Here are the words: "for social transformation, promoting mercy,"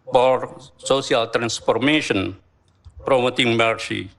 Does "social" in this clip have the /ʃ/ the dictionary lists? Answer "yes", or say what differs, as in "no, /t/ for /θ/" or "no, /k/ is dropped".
no, /s/ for /ʃ/